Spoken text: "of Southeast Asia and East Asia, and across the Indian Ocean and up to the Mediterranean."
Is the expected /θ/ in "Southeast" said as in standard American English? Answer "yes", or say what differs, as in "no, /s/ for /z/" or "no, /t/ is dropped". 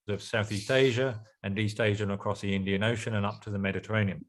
yes